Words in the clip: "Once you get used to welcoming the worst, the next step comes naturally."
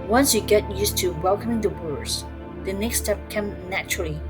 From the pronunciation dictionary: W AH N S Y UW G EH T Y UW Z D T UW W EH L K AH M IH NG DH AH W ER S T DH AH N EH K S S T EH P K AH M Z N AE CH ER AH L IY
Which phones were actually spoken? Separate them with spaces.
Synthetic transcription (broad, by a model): W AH N S Y UW G EH T Y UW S T UW W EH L K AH M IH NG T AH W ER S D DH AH N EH K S S T EH P K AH M N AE CH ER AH L IY